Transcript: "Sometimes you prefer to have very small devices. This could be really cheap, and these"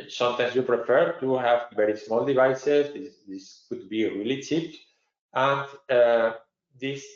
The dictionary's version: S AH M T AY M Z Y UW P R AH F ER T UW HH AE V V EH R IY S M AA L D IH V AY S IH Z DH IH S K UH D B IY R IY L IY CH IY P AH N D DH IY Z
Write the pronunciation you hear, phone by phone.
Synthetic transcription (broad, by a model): S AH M T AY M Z Y UW P R AH F ER T UW HH AE V V EH R IY S M AA L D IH V AY S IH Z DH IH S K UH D B IY R IY L IY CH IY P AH N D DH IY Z